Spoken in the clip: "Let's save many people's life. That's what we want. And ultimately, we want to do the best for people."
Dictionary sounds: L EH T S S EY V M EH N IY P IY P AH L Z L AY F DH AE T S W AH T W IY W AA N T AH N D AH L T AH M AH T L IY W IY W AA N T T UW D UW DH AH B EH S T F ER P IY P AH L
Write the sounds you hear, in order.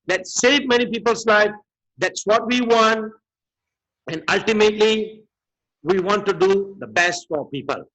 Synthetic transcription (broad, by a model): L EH T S S EY V M EH N IY P IY P AH L S L AY F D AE T S W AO T W IY W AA N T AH N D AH L T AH M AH T L IY W IY W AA N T T UW D UW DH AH B EH S T F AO P IY P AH L